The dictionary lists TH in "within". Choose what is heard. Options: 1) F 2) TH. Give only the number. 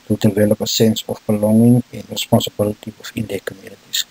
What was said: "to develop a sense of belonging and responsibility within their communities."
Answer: 1